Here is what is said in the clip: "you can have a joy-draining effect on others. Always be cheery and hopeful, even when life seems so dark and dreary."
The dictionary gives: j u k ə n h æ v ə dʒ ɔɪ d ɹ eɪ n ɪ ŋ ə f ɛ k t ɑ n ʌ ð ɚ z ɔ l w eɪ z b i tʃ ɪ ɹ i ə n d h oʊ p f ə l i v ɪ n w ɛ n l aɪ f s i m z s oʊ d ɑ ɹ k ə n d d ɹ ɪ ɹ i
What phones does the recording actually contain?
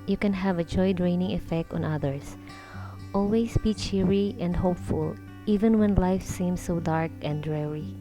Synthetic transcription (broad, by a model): j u k ə n h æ v ə dʒ ɔɪ d ɹ eɪ n ɪ ŋ ə f ɛ k t ɑ n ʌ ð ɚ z ɔ l w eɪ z b i tʃ ɪ ɹ i ə n d h oʊ p f ə l i v ɪ n w ɛ n l aɪ f s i m s oʊ d ɑ ɹ k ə n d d ɹ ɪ ɹ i